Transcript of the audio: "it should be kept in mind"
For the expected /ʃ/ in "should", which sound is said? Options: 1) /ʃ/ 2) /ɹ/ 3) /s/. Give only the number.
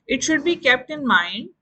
1